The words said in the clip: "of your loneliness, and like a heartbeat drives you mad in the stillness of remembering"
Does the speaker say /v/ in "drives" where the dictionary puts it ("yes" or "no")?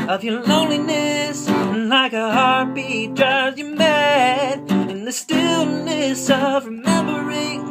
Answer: no